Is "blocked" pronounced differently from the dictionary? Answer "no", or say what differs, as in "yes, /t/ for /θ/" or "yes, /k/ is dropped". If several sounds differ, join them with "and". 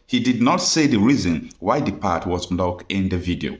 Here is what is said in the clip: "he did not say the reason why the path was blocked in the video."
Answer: yes, /t/ is dropped